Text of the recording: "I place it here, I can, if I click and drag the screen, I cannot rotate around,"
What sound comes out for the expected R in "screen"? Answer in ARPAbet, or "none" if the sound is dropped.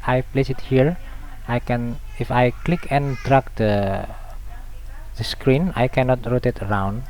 R